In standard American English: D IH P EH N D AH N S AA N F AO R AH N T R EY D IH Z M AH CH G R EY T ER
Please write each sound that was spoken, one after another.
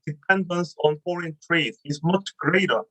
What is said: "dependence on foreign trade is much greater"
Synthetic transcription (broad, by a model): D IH P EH N D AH N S AA N F AO R AH N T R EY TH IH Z M AH CH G R EY T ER